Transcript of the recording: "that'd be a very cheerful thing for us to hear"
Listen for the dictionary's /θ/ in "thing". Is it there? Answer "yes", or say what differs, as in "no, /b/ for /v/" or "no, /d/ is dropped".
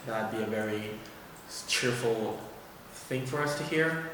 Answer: yes